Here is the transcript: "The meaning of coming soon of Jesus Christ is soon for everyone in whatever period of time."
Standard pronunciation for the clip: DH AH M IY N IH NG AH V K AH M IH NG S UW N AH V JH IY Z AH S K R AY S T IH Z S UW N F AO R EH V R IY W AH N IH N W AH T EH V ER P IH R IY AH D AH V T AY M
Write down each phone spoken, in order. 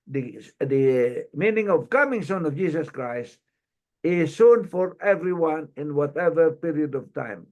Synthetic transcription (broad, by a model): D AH M IY N IH NG AH V K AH M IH NG S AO N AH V JH IY S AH S K R AY S T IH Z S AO N F AO R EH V R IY W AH N IH N W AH T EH V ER P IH R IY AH D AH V T AY M